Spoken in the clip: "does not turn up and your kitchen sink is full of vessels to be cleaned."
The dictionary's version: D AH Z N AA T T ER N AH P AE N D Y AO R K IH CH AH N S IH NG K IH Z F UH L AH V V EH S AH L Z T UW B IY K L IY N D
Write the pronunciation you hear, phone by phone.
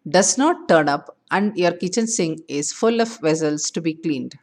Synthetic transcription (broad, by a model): D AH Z N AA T T ER N AH P AE N D Y AO R K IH CH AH N S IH NG IH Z F UH L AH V V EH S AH L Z T UW B IY K L IY N D